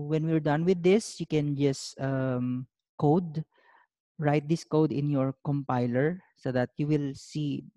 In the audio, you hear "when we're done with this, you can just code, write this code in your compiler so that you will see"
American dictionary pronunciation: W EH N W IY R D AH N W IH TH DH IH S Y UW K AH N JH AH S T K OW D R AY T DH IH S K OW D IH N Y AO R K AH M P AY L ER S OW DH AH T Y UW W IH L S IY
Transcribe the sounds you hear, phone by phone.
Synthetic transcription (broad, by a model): W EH N W IY R D AH N W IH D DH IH S Y UW K AH N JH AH S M K OW D R AY T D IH S K OW D IH N Y AO R K AH M P AY L ER S OW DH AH T Y UW W IH L S IY